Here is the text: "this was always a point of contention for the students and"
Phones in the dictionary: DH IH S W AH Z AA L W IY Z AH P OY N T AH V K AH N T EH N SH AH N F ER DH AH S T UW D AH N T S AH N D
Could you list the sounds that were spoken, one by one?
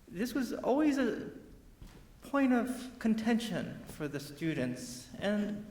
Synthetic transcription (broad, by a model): DH IH S W AH Z AA L W IY Z AH P OY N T AH V K AH N T EH N SH AH N F ER DH AH S T UW D N T S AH N